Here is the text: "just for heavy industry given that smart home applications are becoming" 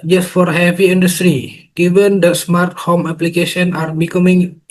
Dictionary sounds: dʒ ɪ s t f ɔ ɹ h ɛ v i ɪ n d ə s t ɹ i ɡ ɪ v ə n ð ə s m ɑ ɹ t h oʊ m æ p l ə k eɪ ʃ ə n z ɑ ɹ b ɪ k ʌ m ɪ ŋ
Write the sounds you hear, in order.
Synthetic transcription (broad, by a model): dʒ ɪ s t f ɔ ɹ h ɛ v i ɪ n d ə s t ɹ i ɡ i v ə n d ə s m ɑ ɹ t h oʊ m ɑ p l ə k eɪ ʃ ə n ɑ ɹ b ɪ k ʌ m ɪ ŋ